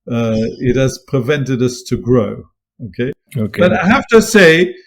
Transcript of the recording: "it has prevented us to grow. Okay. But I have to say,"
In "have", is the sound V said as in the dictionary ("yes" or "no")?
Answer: no